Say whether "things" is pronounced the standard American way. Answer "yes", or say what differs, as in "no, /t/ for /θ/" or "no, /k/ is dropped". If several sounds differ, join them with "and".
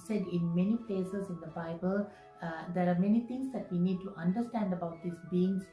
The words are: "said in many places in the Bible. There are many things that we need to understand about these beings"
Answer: no, /t/ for /θ/